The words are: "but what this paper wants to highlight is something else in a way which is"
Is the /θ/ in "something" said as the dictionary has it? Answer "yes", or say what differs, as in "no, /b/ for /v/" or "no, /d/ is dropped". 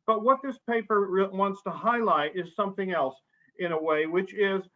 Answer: yes